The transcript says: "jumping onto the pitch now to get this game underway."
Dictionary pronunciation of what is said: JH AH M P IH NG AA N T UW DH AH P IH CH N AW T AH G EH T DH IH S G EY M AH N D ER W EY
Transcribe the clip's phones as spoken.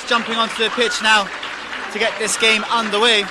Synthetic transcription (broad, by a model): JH AH M P IH NG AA N T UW DH AH P IH CH N AW T AH G EH T DH IH S G EY M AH N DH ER W EY